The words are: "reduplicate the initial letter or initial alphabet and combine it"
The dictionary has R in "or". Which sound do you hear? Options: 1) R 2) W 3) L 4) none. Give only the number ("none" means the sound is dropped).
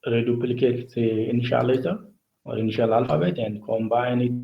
1